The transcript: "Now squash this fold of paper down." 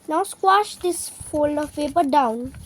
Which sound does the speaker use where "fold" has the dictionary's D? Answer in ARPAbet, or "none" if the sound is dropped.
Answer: none